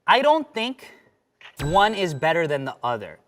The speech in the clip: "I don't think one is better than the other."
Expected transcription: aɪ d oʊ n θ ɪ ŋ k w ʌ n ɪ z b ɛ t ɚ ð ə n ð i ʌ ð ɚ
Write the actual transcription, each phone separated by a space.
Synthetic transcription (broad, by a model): aɪ d oʊ n θ ɪ ŋ k w ʌ n ɪ z b ɛ t ɚ ð ə n ð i ʌ ð ɚ